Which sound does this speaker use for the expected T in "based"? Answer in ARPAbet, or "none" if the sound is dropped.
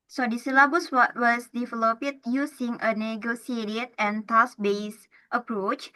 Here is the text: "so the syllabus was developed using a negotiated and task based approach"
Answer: T